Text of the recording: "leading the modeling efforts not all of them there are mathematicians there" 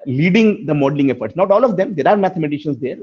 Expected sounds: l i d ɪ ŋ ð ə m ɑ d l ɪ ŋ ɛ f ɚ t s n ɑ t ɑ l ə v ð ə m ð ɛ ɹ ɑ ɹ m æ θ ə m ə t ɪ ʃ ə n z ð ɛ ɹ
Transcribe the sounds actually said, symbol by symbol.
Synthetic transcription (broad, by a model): l i d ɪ ŋ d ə m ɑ d l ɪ ŋ ɛ f ɚ t s n ɑ t ɑ l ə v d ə m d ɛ ɹ ɑ ɹ m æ t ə m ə t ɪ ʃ ə n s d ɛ ɹ